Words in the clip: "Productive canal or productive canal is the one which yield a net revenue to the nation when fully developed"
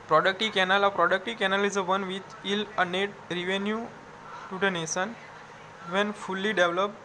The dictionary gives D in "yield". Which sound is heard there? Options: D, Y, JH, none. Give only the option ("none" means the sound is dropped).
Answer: none